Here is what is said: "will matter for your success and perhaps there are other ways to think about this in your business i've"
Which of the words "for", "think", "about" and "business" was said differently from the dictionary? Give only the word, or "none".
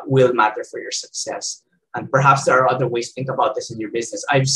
none